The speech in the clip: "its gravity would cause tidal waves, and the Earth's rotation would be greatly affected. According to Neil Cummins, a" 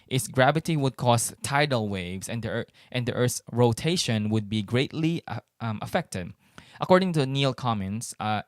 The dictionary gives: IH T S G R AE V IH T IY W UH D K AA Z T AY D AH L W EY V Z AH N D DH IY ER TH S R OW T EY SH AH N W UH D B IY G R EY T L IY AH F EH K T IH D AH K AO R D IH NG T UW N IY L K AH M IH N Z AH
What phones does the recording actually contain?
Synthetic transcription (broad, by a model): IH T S G R AE V IH T IY W UH D K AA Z T AY D AH L W EY V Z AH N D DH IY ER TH R OW T EY SH AH N W UH D B IY G R EY T L IY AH F EH K T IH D AH K AO R D IH NG T UW N IY L K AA M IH N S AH